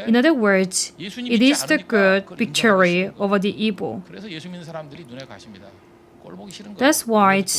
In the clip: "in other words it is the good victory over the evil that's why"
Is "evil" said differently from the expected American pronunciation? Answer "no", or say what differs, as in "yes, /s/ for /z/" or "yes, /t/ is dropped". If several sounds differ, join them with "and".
yes, /b/ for /v/